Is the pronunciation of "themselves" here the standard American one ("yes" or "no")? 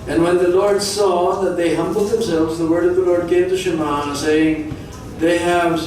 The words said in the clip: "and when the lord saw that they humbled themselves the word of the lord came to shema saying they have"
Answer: yes